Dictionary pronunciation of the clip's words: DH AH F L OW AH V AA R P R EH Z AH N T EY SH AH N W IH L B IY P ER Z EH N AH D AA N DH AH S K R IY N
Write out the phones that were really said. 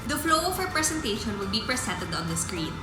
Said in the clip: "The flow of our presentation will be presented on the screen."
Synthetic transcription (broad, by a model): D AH F L OW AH F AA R P R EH S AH N T EY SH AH N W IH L B IY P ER S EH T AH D AA N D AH S K R IY N